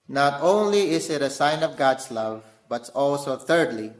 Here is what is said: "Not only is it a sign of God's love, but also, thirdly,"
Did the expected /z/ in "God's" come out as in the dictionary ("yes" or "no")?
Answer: no